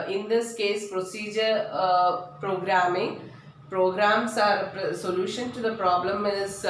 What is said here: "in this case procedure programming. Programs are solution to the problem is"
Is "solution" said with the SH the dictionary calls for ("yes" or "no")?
yes